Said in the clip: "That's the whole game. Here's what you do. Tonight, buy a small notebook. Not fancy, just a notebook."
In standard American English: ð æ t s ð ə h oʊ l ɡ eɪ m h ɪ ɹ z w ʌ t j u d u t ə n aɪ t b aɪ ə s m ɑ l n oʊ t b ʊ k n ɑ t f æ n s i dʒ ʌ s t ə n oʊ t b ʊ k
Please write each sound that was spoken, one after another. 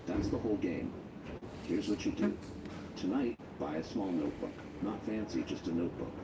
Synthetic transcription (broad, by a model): ð æ t s ð ə h oʊ l ɡ eɪ m h ɪ ɹ z w ʌ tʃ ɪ d u t ə n aɪ t b aɪ ə s m ɑ l n oʊ t b ʊ k n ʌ t f æ n s i dʒ ʌ s t ə n oʊ t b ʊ k